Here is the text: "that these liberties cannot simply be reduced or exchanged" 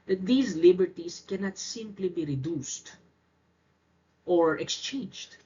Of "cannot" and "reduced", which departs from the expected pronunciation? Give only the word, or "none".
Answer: none